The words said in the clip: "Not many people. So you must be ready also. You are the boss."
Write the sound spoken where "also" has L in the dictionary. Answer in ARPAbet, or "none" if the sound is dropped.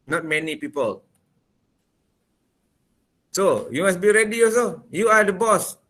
none